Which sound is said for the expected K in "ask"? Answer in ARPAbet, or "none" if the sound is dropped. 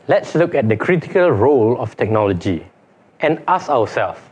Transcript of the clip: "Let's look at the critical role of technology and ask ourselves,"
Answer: none